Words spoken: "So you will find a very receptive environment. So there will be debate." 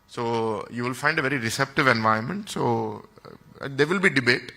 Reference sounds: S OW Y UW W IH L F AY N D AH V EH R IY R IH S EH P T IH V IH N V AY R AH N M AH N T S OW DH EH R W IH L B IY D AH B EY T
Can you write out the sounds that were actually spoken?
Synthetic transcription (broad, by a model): S OW Y UW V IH L F AY N D AH V EH R IY R IH S EH P T IH V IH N V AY AH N M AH N T S OW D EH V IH L B IY D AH B EY T